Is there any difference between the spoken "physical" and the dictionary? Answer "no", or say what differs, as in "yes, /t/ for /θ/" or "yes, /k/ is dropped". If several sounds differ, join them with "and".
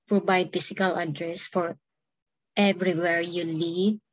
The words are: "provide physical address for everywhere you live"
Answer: yes, /s/ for /z/